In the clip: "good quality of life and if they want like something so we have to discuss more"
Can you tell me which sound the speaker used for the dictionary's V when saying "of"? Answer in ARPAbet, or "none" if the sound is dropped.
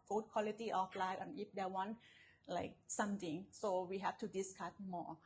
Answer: F